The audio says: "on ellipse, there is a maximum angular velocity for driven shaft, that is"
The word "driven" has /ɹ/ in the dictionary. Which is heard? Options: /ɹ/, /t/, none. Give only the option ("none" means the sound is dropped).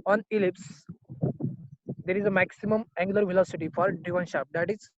none